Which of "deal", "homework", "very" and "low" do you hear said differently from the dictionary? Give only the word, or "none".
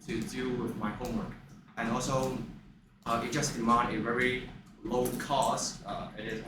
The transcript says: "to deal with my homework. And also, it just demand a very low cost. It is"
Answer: none